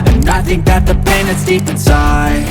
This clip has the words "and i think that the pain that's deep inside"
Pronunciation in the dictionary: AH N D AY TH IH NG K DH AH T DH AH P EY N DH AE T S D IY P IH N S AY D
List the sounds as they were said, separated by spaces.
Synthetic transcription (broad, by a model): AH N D AY TH IH NG K DH AH T DH AH P EY N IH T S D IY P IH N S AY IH